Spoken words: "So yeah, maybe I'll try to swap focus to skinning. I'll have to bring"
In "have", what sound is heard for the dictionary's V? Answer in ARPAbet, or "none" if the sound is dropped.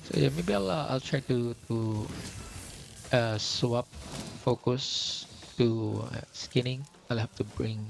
F